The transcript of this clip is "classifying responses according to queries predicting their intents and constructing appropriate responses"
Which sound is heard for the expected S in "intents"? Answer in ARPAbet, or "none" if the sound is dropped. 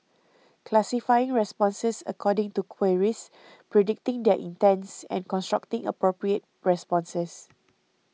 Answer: S